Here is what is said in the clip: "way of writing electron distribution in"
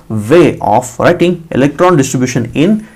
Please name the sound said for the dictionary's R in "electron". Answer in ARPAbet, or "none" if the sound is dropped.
R